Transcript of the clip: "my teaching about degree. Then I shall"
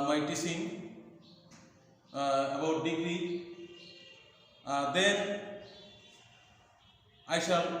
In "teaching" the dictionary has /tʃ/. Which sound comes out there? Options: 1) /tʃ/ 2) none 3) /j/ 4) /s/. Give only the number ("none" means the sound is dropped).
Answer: 4